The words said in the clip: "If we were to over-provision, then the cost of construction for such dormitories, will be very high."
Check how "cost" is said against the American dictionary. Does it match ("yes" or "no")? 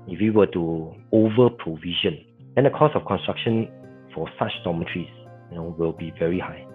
no